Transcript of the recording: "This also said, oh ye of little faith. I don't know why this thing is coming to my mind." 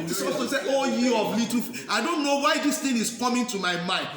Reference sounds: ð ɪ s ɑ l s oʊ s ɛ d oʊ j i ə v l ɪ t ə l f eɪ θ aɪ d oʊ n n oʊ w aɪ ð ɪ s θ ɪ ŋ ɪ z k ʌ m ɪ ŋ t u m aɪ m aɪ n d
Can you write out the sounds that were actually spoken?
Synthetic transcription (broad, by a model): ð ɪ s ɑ s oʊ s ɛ oʊ j i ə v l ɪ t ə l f aɪ d oʊ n n oʊ w aɪ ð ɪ s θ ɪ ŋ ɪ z k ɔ m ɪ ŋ t u m aɪ m aɪ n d